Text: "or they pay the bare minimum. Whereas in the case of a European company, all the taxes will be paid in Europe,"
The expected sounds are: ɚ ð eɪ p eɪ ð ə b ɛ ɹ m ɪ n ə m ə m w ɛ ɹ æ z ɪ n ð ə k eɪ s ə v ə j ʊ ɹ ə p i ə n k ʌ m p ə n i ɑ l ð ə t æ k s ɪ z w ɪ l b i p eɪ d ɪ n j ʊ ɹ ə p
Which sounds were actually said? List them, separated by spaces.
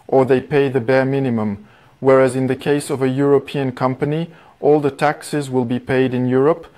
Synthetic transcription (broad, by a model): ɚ ð eɪ p eɪ ð ə b ɛ ɹ m ɪ n ə m ə m w ɛ ɹ æ z ɪ n ð ə k eɪ s ə v ə j ʊ ɹ ə p i ə n k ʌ m p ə n i ɑ l ð ə t æ k s ɪ z w ɪ l b i p eɪ d ɪ n j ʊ ɹ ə p